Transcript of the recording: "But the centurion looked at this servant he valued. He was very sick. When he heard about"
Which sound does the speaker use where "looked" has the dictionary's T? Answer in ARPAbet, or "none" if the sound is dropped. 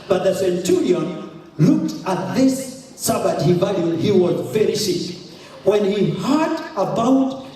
T